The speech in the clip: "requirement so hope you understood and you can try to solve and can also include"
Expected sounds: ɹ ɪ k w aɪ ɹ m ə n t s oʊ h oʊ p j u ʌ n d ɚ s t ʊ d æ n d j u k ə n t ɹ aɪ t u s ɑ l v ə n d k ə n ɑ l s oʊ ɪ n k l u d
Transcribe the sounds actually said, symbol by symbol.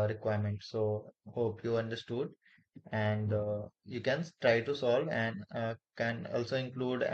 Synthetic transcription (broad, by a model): ɹ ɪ k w aɪ ɹ m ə n t s oʊ h oʊ p j u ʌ n d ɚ s t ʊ d æ n d j u k ə n t ɹ aɪ t u s ɑ l v ə n d k ə n ɑ l s oʊ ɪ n k l u d